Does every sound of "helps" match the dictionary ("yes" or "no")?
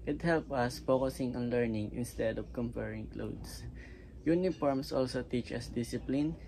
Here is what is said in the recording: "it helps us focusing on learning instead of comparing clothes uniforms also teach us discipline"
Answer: no